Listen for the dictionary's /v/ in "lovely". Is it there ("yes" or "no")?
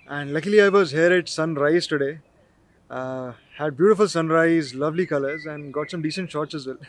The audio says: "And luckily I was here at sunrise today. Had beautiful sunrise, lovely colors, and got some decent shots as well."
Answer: yes